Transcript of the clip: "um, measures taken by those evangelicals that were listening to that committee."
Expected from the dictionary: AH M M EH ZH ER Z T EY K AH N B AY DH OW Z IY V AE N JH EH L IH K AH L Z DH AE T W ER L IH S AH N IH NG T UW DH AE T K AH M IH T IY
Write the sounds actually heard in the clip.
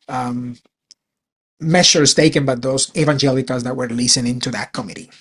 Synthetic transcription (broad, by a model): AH M M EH S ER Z T EY K AH N B AY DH OW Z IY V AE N JH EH L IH K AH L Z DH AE T W ER L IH S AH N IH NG T UW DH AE T K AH M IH T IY